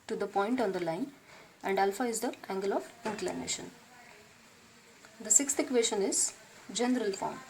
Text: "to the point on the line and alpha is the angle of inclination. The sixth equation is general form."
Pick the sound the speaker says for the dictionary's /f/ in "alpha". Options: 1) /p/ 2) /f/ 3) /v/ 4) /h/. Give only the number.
2